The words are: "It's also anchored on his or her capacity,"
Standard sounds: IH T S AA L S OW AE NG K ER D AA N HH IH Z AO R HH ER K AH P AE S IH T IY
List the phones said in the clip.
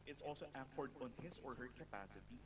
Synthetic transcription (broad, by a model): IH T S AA L S OW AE K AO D AA N HH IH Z AO R HH ER K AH P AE S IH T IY